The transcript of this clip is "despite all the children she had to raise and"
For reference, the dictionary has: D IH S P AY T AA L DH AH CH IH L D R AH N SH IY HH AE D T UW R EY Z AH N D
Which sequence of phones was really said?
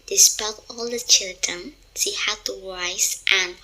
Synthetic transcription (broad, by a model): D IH S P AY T AA L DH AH CH IH L D R AH N S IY HH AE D T UW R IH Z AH N